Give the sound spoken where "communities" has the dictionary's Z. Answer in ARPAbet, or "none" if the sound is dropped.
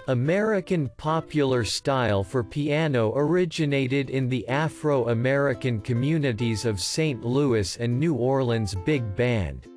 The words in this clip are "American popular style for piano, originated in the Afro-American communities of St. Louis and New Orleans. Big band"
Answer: Z